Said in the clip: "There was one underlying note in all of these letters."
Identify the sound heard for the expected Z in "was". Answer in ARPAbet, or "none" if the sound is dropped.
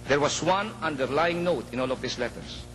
S